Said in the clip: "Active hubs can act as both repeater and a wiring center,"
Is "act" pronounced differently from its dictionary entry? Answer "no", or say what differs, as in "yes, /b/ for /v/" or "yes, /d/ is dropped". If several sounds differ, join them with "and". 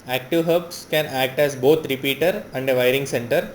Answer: no